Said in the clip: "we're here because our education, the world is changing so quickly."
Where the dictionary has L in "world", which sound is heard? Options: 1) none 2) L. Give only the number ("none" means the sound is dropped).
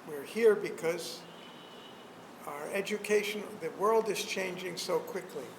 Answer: 2